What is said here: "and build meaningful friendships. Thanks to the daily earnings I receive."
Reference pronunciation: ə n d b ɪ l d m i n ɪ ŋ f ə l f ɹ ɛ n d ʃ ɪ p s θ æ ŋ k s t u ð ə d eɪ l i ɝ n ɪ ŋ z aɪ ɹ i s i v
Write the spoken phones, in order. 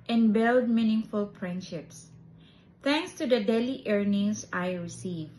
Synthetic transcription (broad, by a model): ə n b ɪ l d m i n ɪ ŋ f ə l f ɹ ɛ n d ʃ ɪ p s t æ ŋ k s t u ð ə d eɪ l i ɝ n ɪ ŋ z aɪ ɹ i s i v